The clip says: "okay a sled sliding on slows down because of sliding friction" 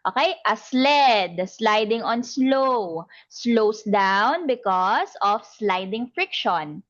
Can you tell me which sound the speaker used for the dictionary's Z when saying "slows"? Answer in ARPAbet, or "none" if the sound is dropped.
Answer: S